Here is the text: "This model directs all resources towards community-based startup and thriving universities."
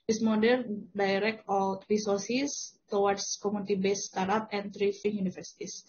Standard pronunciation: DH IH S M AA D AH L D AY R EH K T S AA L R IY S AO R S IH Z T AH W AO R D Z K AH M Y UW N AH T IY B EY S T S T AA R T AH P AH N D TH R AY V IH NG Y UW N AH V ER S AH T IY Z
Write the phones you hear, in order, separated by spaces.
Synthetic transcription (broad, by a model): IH S M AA D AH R D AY R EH K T AA L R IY S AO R S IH S T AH W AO R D S K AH M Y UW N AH T IY B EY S S T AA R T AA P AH N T R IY F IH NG Y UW N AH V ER S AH T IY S